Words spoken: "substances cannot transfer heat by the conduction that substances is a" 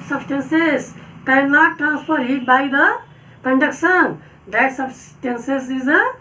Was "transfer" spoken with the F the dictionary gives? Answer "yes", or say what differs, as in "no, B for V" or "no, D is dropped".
no, P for F